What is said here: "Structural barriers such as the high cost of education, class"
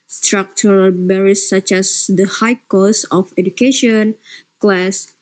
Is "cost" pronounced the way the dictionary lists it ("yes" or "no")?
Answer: no